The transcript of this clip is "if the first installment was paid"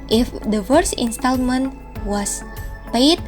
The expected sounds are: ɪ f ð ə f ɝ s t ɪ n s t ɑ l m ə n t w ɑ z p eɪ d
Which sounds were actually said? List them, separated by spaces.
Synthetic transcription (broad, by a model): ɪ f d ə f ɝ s ɪ n s t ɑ l m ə n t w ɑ s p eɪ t